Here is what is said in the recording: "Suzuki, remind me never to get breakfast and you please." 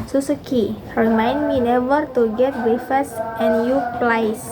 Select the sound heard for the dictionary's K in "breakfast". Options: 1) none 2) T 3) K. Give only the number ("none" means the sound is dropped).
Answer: 1